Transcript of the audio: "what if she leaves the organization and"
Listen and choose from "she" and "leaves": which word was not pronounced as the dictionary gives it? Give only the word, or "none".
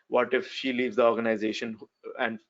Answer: none